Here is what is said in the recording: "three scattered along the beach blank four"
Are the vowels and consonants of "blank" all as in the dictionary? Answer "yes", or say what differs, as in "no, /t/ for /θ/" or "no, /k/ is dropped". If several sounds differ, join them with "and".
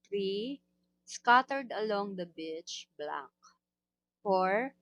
no, /ŋ/ is dropped